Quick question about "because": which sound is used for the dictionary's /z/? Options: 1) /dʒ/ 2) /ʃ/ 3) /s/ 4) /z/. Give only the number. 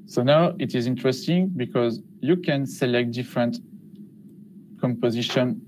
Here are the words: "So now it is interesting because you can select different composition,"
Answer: 4